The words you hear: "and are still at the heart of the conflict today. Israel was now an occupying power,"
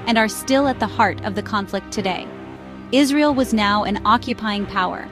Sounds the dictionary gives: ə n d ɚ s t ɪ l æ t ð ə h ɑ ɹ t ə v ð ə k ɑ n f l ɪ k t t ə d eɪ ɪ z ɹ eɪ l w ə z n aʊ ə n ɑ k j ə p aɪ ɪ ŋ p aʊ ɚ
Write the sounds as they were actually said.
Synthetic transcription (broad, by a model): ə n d ɚ s t ɪ l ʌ t ð ə h ɑ ɹ t ə v ð ə k ɑ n f l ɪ k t t ə d eɪ ɪ z ɹ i l w ə z n aʊ ə n ɑ k j ə p aɪ ɪ ŋ p aʊ ɚ